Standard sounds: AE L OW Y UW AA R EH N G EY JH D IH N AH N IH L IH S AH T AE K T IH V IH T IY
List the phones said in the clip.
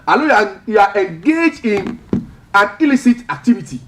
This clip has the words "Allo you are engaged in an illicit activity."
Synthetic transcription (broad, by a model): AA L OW Y UW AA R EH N G EY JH IH N AH N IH L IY S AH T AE K T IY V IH T IY